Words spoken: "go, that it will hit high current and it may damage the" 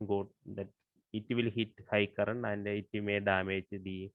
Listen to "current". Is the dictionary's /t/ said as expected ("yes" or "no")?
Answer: no